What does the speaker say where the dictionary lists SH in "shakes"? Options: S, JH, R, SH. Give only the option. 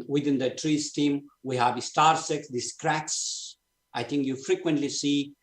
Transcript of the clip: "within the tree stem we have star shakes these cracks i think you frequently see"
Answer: S